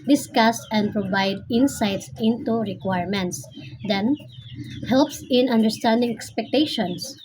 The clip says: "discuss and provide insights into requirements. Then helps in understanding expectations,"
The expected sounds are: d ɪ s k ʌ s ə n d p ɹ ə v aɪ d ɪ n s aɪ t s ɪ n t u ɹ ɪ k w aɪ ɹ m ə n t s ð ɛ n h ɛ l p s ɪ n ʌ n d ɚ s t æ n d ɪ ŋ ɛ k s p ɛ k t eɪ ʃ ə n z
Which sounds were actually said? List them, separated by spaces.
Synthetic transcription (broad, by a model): d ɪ s k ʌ s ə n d p ɹ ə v aɪ d ɪ n s aɪ t s ɪ n t u ɹ ɪ k w aɪ ɹ m ə n t s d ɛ n h ɛ l p s ɪ n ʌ n d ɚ s t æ n d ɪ ŋ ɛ k s p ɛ k t eɪ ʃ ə n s